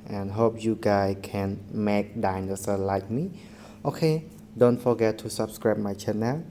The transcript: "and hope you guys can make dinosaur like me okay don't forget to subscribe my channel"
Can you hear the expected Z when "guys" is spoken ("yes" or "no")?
no